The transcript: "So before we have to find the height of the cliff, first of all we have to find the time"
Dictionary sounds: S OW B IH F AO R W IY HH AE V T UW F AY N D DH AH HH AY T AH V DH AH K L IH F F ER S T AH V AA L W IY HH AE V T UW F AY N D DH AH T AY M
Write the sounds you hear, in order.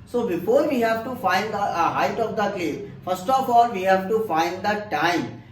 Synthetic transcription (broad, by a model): S OW B IH F AO R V IY HH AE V T UW F AY N D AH HH AY T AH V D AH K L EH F F ER S T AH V AA L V IY HH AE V T UW F AY N D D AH T AY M